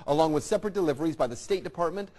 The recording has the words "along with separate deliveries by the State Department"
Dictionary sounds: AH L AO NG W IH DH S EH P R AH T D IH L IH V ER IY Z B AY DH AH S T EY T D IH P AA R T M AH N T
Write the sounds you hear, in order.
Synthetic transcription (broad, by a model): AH L AO NG W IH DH S EH P R AH T D IH L IH V ER IY Z B AY DH AH S T EY T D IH P AA R T M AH N T